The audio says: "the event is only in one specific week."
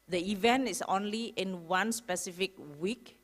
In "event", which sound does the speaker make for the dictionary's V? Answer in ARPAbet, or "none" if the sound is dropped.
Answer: V